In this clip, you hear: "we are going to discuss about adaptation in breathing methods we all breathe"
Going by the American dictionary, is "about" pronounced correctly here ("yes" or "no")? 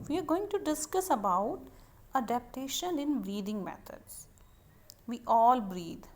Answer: yes